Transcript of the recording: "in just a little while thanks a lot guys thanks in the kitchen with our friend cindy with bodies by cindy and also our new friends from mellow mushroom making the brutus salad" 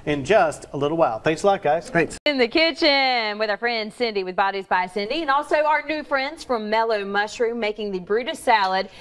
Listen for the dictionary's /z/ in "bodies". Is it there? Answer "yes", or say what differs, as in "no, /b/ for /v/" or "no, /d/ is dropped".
yes